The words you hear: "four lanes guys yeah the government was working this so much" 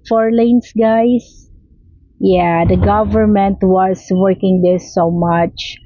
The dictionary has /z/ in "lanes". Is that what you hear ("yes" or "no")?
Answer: no